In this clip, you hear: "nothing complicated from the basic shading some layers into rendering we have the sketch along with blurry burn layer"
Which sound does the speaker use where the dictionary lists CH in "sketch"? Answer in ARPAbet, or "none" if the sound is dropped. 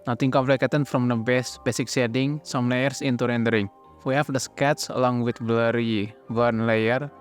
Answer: S